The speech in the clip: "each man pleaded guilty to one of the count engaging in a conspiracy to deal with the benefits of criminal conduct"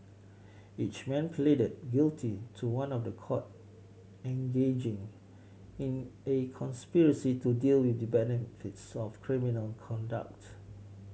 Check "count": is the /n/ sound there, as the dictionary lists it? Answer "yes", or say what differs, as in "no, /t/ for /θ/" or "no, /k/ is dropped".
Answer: no, /n/ is dropped